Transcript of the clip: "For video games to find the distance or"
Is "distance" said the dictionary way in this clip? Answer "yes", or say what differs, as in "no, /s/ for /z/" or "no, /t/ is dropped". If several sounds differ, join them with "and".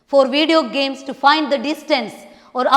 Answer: yes